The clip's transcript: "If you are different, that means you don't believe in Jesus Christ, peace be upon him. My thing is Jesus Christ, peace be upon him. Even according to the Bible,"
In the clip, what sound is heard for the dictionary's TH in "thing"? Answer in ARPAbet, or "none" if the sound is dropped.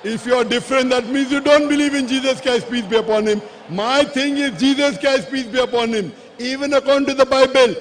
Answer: T